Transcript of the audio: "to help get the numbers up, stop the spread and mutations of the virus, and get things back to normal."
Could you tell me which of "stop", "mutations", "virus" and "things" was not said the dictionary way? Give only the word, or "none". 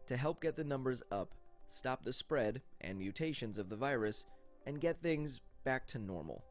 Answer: none